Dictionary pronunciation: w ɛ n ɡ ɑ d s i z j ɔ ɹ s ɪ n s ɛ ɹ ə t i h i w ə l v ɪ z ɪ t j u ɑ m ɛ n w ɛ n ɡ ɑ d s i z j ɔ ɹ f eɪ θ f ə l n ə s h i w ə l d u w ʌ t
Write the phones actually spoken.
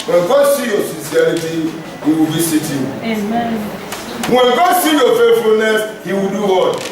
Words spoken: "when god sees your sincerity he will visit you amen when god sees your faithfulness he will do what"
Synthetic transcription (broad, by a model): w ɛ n ɡ ɑ d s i j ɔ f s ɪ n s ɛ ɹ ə t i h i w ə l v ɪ s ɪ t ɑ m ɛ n w ɛ n ɡ ɑ d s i j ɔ f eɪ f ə l n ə s h i w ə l d u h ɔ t